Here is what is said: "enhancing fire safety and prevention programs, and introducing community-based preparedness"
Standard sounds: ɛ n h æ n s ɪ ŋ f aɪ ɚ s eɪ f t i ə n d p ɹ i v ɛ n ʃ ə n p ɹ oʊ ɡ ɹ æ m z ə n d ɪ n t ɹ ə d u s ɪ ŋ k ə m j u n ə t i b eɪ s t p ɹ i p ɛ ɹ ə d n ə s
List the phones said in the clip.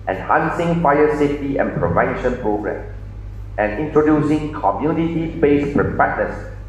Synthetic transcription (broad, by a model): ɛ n h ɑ n s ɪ ŋ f aɪ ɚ s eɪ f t i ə n p ɹ i v ɛ n ʃ ə n p ɹ oʊ ɡ ɹ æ m ə n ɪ n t ɹ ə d u s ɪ ŋ k ə m j u n ə t i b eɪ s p ɹ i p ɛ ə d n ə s